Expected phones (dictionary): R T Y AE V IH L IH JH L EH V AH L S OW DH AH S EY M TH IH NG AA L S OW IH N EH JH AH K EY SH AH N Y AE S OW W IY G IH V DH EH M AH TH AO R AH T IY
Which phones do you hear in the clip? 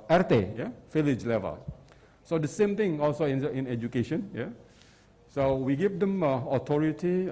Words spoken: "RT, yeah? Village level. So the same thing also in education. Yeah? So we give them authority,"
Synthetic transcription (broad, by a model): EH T Y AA F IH L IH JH L EH V AH L S OW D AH S EY M T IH NG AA L S OW IH N EH JH AH K EY SH AH N Y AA S OW W IY G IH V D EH M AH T AO R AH T IY